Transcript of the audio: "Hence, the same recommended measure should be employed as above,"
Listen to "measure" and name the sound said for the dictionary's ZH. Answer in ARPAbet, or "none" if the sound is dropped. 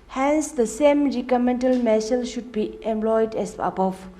S